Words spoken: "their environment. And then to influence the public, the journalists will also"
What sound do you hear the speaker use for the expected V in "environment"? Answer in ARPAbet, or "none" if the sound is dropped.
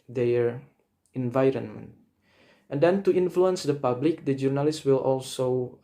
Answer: V